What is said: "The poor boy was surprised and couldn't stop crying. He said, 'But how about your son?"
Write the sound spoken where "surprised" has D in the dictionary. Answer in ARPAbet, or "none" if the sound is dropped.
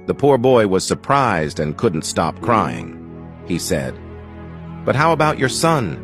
D